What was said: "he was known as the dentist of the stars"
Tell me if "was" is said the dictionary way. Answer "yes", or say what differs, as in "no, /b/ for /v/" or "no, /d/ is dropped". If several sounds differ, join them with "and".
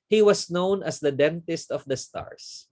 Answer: no, /s/ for /z/